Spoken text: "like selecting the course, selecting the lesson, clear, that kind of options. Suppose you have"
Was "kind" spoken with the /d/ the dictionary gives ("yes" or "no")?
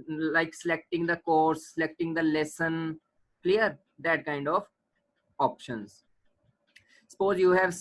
yes